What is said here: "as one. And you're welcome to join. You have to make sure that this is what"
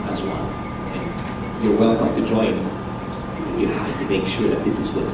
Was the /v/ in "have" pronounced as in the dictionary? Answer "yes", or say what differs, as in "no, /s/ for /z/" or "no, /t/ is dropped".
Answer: no, /f/ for /v/